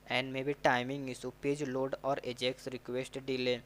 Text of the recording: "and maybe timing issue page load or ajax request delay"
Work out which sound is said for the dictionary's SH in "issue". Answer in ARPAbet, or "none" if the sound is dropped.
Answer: S